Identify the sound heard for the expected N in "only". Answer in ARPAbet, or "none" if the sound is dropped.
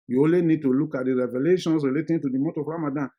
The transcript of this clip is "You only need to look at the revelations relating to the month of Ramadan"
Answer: none